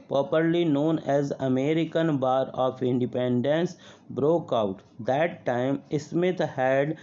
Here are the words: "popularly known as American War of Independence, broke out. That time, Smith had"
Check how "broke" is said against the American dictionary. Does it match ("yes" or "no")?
yes